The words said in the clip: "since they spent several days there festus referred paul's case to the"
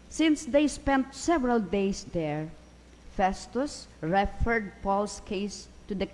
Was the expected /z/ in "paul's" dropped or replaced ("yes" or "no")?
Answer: yes